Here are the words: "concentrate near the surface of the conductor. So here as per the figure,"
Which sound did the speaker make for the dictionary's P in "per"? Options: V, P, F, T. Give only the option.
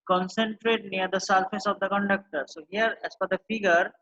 F